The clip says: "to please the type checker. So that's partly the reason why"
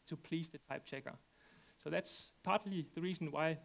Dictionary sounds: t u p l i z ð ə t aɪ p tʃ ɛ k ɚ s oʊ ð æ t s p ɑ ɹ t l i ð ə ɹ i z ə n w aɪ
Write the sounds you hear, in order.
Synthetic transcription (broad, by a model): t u p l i s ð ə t aɪ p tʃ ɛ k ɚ s oʊ ð æ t s p ɑ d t l i ð ə ɹ i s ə n w aɪ